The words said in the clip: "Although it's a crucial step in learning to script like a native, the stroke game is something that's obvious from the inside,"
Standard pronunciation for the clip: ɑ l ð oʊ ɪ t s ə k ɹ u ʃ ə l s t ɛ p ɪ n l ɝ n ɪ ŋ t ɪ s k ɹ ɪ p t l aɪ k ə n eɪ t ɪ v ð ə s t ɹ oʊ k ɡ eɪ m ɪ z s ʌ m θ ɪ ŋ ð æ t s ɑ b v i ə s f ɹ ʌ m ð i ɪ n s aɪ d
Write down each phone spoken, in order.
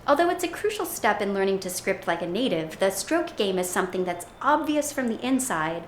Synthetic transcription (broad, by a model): ɑ l ð oʊ ɪ t s ə k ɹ u ʃ l s t ɛ p ɪ n l ɝ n ɪ ŋ t ɪ s k ɹ ɪ p t l aɪ k ə n eɪ t ɪ v ð ə s t ɹ oʊ k ɡ eɪ m ɪ z s ʌ m θ ɪ ŋ ð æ t s ɑ b v i ə s f ɹ ʌ m ð i ɪ n s aɪ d